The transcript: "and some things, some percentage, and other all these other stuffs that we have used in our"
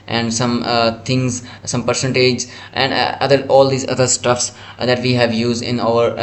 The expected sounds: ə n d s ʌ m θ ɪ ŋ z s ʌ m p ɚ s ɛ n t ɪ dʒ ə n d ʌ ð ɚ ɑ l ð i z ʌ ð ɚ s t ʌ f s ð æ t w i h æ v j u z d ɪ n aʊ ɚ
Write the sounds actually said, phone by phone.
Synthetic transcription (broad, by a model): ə n d s ʌ m t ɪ ŋ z s ʌ m p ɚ s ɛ n t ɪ dʒ ə n d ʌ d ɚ ɑ l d i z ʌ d ɚ s t ʌ f s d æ t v i h æ v j u z d ɪ n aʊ ɚ